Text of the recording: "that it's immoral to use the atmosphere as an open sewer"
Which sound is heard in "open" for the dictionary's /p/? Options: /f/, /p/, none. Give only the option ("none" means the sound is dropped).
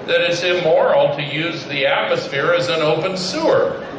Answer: /p/